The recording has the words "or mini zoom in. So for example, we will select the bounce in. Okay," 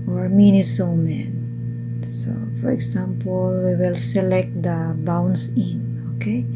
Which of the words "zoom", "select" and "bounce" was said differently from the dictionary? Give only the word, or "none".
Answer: zoom